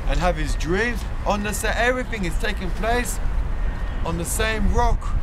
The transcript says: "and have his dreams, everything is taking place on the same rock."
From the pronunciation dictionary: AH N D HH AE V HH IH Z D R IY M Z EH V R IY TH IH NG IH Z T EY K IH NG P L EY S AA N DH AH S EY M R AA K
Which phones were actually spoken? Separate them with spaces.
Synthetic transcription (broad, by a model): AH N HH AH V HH IH Z D R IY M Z EH V R IY TH IH NG IH Z T EY K IH NG P L EY S N DH AH S EY M R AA K